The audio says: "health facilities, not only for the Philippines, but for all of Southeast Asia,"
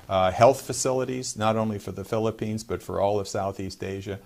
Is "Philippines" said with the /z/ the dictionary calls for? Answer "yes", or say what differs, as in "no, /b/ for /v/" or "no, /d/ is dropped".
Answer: yes